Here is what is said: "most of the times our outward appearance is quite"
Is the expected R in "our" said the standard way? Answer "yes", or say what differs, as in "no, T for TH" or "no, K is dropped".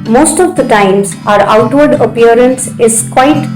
yes